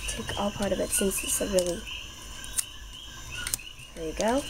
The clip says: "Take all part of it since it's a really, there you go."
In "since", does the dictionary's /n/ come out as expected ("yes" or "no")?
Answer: no